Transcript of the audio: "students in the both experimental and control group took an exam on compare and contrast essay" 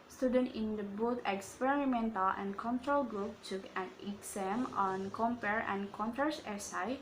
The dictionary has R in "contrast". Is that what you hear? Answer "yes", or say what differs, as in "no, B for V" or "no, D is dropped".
no, R is dropped